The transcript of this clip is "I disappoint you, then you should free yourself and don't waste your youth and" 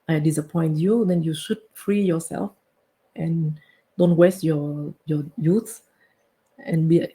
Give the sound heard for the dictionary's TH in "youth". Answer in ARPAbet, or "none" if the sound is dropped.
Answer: S